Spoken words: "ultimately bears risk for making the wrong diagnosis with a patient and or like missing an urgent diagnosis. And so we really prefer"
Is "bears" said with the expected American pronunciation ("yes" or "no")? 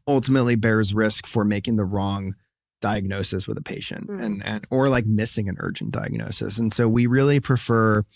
yes